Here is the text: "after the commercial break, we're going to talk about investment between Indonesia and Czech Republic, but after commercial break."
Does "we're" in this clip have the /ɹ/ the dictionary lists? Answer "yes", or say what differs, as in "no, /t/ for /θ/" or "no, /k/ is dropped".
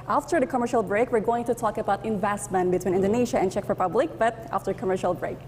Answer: yes